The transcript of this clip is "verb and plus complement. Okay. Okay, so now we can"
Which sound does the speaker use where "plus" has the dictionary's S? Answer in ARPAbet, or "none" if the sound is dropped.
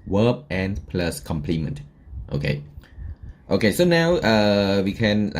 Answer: S